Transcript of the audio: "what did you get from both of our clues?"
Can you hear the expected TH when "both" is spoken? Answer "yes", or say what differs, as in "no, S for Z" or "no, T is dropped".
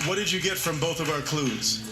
yes